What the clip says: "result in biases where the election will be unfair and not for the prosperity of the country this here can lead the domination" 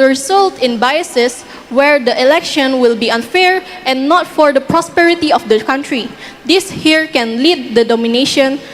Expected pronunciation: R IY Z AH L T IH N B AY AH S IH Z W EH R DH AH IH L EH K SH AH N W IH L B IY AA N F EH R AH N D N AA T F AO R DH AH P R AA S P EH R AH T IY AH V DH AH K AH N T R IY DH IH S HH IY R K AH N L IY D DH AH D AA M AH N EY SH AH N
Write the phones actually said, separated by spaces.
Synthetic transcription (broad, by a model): R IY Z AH L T IH N B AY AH S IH S W EH R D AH IH L EH K SH AH N W IH L B IY AA N F EH R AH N N AA T F AO R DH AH P R AA S P EH R AH T IY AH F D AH K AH N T R IY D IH S HH IY R K AH N L IY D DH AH D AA M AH N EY SH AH N